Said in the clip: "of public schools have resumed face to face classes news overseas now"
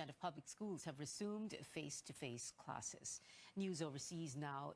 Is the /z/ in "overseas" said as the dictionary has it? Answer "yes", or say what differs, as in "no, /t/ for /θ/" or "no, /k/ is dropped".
yes